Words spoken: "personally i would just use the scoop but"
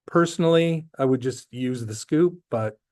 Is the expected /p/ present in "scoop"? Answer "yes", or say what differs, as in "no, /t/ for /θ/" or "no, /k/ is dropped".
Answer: yes